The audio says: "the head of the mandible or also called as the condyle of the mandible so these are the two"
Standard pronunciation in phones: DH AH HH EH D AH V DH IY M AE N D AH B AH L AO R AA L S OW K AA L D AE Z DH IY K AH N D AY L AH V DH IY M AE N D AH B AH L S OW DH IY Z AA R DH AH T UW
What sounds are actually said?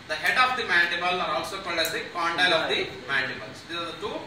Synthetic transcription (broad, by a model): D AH HH EH D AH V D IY M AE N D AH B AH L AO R AA L S OW K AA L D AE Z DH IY K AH N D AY L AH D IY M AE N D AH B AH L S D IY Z AA R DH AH T UW